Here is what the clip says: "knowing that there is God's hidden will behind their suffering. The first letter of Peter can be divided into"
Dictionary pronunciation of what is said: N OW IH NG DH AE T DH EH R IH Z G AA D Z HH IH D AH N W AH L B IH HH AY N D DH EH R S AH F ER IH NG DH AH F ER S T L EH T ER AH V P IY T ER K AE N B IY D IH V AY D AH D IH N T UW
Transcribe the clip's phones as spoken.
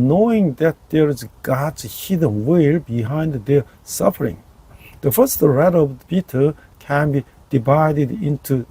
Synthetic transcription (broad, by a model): N OW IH NG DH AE T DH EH R IH Z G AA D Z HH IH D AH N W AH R B IH HH AY N D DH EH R S AH F ER IH NG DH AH F ER S T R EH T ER AH V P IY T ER K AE N B IY D IH V AY D AH D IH N T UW